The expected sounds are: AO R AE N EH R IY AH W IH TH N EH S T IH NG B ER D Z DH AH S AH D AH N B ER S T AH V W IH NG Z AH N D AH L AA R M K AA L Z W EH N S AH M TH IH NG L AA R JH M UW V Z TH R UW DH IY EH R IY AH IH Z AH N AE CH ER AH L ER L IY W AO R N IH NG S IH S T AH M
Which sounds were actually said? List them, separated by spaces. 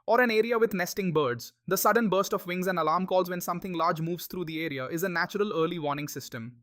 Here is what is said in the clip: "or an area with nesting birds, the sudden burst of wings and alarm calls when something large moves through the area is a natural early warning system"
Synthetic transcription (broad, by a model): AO R AE N EH R IY AH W IH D N EH S T IH NG B ER D Z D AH S AH D AH N B ER S T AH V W IH NG Z AH N D AH L AA R M K AA L Z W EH N S AH M T IH NG L AA R JH M UW V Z T R UW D IY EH R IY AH IH Z AH N AE CH ER AH L ER L IY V AO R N IH NG S IH S T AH M